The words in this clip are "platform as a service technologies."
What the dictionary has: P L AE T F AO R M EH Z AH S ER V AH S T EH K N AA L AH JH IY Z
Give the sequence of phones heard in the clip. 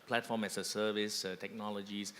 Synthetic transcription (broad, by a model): P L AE T F AO M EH S AH S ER V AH S T EH K N AA L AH JH IY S